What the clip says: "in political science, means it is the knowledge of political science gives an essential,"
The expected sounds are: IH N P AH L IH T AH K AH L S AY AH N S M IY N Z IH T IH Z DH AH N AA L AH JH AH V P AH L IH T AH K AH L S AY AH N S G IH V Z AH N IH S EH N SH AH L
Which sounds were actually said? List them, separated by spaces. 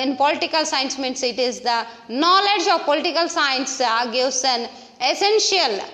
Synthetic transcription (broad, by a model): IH N P AH L IH T AH K AH L S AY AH N S M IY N S IH T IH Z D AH N AA L AH JH AH V P AH L IH T AH K AH L S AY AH N S G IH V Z AH N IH S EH N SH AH L